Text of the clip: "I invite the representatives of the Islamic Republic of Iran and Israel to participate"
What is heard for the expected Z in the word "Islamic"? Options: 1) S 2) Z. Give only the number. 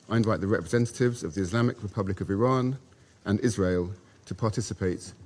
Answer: 2